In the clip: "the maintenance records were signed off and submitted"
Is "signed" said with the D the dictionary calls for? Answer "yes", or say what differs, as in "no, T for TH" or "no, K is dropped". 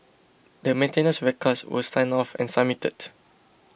no, D is dropped